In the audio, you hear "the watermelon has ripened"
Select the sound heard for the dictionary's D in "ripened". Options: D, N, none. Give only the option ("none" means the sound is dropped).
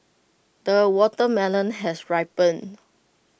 none